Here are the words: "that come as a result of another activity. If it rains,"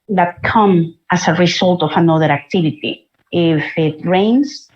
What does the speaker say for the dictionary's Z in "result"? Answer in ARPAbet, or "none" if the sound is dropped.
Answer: S